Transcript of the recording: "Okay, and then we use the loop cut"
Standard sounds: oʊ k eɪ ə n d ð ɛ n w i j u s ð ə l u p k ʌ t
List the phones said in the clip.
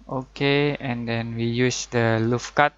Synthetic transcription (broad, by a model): oʊ k eɪ ə n d ɛ n w i j u s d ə l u f k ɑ t